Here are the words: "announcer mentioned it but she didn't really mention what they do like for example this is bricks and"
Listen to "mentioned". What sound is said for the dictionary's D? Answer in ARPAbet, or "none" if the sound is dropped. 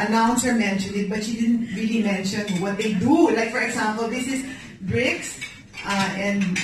none